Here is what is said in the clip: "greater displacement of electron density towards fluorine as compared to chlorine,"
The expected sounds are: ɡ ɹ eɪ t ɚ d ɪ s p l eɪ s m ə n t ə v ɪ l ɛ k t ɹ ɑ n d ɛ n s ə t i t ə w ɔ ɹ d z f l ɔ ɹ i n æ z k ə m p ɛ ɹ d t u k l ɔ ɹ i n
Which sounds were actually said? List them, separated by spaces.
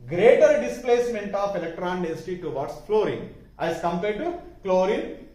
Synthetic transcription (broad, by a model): ɡ ɹ eɪ t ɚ d ɪ s p l eɪ s m ə n t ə p ɪ l ɛ k t ɹ ɑ n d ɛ s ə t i t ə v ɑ ɹ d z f l ɔ ɹ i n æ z k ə m p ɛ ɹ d t u k l ɔ ɹ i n